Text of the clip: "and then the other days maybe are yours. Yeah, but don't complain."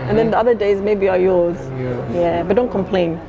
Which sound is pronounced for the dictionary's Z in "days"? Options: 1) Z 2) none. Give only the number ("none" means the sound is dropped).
1